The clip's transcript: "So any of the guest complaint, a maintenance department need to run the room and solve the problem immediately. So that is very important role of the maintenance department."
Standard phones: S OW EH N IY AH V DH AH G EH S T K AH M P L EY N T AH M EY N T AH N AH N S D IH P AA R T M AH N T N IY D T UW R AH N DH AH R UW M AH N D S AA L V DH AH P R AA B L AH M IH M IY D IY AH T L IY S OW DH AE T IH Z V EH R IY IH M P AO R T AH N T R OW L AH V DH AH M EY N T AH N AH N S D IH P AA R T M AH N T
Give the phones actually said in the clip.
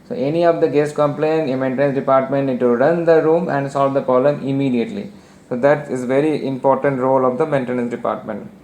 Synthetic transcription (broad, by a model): S OW EH N IY AH V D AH G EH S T K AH M P L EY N AH M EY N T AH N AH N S D IH P AA R T M AH N T N IY D T UW R AH N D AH R UW M AH N D S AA L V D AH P AA L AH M IH M IY D IY AH T L IY S OW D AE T IH Z V EH R IY IH M P AO R T AH N T R OW L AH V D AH M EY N T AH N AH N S D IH P AA R T M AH N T